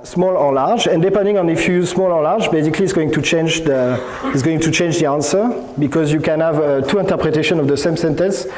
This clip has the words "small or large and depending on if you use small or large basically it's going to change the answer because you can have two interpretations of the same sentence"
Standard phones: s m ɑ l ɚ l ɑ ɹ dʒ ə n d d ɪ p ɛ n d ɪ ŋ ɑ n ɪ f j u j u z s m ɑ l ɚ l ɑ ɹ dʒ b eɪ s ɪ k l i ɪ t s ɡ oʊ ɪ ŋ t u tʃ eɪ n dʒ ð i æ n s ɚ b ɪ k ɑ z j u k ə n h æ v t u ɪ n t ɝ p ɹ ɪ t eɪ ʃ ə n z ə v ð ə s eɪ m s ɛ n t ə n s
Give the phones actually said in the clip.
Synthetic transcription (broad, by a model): s m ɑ l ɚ l ɑ ɹ dʒ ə n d d ɪ p ɛ n d ɪ ŋ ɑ n ɪ f j u j u z s m ɑ l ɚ l ɑ ɹ dʒ b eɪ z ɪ k l i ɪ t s ɡ oʊ ɪ ŋ t u tʃ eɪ n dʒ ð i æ n s ɚ b ɪ k ɑ z j u k ə n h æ v t u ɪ n t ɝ p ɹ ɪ t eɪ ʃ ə n ə v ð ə s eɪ m s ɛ n t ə n s